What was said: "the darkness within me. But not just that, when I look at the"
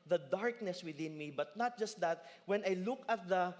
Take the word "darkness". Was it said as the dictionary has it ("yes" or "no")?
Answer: yes